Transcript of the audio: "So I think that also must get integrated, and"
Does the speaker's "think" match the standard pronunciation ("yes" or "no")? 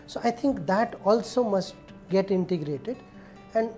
no